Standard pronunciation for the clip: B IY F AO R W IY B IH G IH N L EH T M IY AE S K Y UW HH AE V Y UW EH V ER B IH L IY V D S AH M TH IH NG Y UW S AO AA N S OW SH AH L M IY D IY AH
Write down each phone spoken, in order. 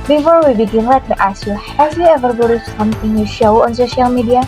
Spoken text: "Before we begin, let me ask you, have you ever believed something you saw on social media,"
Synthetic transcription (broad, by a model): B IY F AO R W IY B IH G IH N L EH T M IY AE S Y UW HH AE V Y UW EH V ER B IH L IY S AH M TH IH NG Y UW SH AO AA N S OW SH AH L M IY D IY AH